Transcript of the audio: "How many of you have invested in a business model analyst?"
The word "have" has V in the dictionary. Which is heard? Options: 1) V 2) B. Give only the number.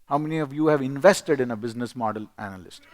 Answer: 1